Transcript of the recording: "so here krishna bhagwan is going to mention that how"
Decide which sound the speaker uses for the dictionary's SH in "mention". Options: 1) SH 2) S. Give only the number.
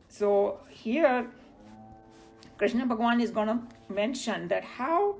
1